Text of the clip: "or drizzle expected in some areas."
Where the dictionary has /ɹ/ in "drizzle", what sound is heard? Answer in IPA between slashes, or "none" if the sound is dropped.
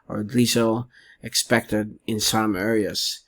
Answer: none